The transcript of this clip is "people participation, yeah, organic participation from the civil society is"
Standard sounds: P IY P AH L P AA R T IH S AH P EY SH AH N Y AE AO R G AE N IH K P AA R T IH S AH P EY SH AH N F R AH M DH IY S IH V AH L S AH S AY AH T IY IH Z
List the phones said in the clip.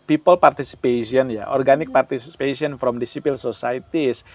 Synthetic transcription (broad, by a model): P IY P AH L P AA R T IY S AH P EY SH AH N Y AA AO R G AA N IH K P AA R T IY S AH P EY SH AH N F R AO M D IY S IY P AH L S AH S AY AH T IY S